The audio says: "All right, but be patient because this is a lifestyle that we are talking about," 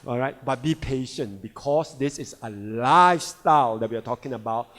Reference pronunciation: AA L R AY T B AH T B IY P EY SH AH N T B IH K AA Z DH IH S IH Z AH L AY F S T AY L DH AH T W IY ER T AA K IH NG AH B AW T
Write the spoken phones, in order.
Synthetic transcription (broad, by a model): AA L R AY T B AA T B IY P EY SH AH N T B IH K AA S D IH S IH S AH L AY F S T AY L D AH T W IY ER T AA K IH NG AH B AW T